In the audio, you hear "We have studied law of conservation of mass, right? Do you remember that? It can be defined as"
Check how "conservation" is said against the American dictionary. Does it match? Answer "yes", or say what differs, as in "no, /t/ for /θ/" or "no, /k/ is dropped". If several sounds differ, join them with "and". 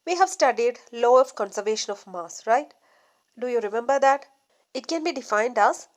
yes